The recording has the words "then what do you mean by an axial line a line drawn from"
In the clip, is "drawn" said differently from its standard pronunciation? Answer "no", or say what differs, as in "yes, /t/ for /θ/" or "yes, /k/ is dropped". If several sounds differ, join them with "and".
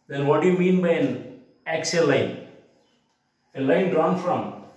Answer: no